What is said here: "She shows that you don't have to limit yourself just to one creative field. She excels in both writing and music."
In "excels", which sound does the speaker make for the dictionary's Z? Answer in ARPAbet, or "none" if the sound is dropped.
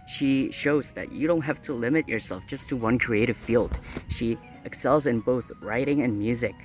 Z